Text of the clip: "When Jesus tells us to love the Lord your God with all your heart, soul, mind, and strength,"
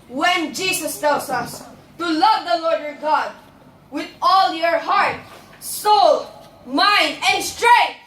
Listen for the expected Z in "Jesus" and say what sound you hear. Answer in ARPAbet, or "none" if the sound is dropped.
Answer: S